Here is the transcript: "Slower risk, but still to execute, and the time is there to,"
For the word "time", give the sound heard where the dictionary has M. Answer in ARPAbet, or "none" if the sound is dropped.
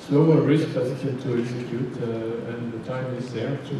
M